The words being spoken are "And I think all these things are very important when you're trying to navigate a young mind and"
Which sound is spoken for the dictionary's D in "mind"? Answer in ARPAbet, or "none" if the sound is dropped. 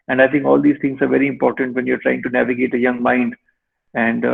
D